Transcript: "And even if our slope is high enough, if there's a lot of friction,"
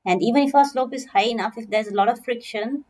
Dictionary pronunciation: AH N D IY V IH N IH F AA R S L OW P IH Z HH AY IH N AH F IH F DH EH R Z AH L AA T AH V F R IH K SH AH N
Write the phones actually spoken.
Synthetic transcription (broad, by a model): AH N D IY V IH N IH F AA S L OW P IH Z HH AY IH N AH F IH F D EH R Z AH L AA T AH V F R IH K SH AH N